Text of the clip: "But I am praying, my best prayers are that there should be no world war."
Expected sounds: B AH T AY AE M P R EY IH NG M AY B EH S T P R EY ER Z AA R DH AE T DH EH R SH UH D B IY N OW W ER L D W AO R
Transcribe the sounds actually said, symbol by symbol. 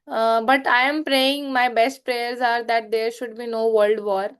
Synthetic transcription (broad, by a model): B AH T AY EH M P R EY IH NG M AY B EH S T P R EY ER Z AA R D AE T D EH R SH UH D B IY N OW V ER L D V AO R